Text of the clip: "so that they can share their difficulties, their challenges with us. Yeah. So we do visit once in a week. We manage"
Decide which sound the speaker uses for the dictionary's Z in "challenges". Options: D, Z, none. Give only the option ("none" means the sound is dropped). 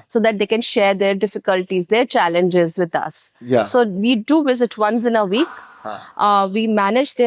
Z